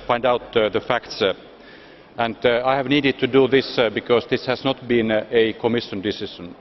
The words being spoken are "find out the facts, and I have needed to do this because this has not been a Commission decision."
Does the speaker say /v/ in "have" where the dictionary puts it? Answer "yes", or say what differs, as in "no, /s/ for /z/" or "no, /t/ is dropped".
yes